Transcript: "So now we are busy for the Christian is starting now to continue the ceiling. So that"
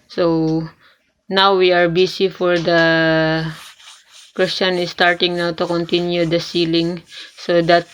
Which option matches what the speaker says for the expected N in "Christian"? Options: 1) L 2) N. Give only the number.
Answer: 2